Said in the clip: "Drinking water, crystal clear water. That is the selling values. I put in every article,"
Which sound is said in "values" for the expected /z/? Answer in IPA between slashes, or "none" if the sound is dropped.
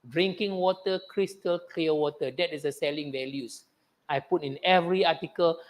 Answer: /s/